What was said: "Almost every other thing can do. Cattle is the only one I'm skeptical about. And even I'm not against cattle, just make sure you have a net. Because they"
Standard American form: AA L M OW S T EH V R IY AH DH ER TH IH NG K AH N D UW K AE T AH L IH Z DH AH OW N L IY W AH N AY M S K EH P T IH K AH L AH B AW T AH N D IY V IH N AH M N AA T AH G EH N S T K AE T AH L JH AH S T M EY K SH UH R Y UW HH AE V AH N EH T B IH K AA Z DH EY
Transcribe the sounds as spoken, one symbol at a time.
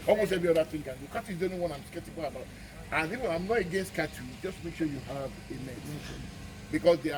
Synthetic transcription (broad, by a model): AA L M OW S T EH V R IY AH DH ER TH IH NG K AH N D UW K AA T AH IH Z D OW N IY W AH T AY M S K EH P T IH K AH L AH B AW T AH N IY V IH AH M N AA T AH G EH N S T K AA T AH JH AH S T M EY K SH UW Y UW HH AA V AH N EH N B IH K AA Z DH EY